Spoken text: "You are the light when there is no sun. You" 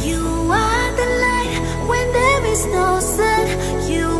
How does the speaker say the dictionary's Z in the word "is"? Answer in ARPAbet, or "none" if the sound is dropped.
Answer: Z